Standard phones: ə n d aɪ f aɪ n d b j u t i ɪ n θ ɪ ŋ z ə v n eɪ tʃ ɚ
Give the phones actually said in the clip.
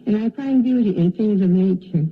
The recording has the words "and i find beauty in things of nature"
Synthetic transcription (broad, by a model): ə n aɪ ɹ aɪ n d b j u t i ɪ n θ ɪ ŋ z ə v n eɪ tʃ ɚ